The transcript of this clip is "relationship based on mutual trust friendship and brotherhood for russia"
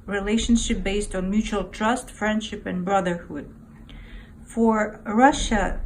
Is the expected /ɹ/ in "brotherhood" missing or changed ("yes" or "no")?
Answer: no